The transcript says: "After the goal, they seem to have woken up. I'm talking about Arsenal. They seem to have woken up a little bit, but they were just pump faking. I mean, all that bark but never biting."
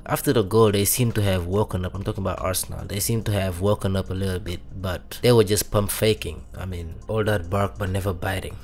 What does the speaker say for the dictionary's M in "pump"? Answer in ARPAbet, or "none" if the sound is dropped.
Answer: M